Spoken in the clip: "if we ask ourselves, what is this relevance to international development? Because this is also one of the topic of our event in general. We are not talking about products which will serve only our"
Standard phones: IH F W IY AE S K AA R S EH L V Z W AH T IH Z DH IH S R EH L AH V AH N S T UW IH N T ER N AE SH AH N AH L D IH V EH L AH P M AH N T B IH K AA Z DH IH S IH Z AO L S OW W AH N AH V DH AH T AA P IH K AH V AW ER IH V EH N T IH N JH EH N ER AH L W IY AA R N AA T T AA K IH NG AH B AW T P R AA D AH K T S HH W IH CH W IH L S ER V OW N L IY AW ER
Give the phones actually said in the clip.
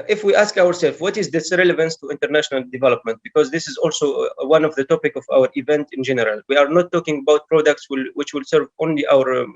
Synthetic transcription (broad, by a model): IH F W IY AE S K AA R S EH L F W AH T IH Z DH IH S R EH L AH V AH N S T UW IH N T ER N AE SH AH N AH L D IH V EH L AH P M AH N T B IH K AA Z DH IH S IH Z AO L S OW W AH N AH V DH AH T AA P IH K AH V AW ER IH V EH N T IH N JH EH N ER AH L W IY AA R N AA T T AA K IH NG AH B AW T P R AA D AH K T S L W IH CH W IH L S ER V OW N L IY AW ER